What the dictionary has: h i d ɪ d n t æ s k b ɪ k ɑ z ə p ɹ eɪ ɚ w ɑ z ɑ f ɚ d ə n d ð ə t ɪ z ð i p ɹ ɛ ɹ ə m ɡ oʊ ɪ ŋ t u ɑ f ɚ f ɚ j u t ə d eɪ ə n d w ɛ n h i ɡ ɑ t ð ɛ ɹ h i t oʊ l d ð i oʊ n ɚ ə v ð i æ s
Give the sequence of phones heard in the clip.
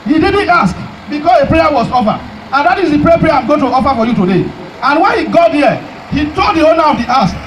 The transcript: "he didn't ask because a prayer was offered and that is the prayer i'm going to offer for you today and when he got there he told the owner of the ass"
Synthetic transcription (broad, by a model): h i d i d n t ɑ s k b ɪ k ɑ s ə p ɹ eɪ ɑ w ɑ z ɑ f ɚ ə n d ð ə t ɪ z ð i p ɹ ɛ ɹ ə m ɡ oʊ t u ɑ f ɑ f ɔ j u t ə d eɪ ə n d w ɛ n h i ɡ ɑ t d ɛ h i t oʊ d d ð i oʊ n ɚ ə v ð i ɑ s